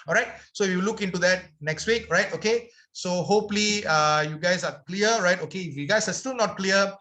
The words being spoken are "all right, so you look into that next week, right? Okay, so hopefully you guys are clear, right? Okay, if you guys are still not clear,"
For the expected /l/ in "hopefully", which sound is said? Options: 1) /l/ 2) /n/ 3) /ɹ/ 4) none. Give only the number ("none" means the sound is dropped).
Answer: 4